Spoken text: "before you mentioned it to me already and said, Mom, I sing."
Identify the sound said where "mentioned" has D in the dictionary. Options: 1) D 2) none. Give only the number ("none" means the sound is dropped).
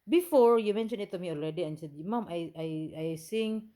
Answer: 2